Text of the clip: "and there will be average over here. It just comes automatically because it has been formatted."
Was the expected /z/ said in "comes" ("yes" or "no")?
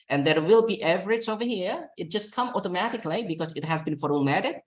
no